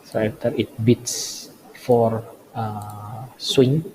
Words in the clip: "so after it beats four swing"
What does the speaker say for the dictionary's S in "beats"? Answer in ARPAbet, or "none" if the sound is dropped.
S